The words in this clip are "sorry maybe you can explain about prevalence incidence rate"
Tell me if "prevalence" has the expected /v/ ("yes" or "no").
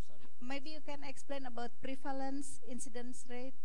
no